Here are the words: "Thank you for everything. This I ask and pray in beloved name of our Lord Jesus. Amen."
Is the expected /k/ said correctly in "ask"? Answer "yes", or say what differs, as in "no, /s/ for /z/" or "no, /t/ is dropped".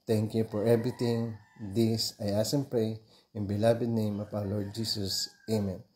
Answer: no, /k/ is dropped